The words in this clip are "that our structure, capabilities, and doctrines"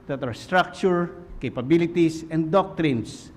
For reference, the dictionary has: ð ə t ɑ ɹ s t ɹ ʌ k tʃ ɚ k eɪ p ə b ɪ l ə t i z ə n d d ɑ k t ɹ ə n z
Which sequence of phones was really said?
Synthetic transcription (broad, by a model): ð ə t ɑ ɹ s t ɹ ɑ k tʃ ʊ k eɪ p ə b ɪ l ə t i s ə n d d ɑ k t ɹ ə n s